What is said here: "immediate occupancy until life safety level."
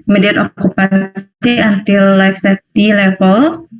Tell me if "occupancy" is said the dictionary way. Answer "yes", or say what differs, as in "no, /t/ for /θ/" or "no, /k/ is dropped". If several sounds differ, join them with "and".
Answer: no, /n/ is dropped